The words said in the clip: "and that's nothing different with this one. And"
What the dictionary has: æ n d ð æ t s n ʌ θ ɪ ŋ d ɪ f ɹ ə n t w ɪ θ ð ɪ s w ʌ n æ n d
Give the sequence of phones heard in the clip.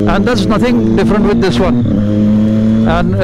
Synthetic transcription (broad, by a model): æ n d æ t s n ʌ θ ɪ ŋ d ɪ f ɹ ə n t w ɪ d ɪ s w ʌ n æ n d